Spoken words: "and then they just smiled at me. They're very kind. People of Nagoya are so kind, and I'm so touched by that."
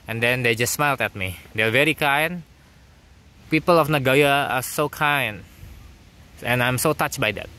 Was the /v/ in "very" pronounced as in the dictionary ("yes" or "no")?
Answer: yes